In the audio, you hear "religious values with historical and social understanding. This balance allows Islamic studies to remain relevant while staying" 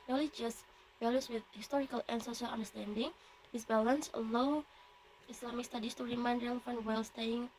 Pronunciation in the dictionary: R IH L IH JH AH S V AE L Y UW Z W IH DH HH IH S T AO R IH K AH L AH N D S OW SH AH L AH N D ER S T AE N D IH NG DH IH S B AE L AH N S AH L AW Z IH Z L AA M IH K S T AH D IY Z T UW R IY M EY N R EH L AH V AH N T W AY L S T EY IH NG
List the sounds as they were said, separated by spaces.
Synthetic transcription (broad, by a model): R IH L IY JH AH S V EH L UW S W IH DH HH IH S T AO R IH K AH L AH N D S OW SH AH L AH N D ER S T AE N D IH NG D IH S B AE L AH N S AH L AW IH S L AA M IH K S T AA D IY S T UW R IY M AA N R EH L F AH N W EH L S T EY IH NG